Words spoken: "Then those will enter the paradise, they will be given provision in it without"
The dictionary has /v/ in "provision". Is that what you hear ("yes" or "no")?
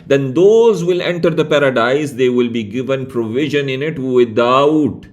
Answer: yes